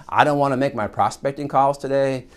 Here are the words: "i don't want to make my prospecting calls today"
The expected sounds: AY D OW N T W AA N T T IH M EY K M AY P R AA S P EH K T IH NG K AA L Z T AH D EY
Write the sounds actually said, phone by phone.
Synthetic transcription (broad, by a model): AY D OW N T W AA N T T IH M EY K M AY P R AA S P EH K T IH NG K AA L Z T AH D EY